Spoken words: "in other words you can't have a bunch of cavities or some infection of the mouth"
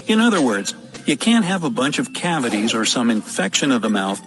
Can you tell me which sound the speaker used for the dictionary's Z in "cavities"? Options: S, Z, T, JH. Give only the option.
Z